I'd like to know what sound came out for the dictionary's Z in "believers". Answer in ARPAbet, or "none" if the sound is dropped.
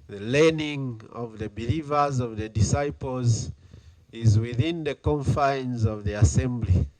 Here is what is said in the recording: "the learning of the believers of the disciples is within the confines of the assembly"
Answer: Z